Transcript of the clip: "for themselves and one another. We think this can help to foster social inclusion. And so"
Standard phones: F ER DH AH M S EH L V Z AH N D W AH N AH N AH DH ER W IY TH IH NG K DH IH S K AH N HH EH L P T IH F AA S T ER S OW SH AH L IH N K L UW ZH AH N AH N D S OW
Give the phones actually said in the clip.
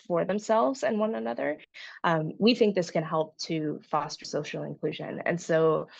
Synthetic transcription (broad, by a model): F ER DH AH M S EH L V Z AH N W AH N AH N AH DH ER W IY TH IH NG K DH IH S K AH N HH EH L P T IH F AA S T ER S OW SH L IH N K L UW ZH AH N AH N S OW